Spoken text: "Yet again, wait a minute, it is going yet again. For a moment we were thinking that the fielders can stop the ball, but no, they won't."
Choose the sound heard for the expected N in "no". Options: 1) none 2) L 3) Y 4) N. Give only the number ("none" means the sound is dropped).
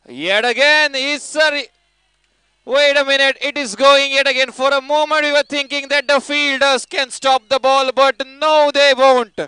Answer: 4